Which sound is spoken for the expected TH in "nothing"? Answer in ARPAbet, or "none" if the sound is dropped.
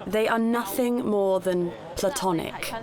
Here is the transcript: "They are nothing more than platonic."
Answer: TH